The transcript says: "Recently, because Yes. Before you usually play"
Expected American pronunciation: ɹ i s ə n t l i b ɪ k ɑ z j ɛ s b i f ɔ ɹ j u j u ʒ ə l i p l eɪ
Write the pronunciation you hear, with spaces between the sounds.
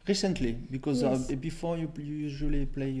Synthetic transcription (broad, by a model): ɹ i s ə n t l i b ɪ k ɑ z b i f ɔ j j u j u ʒ ə l i p l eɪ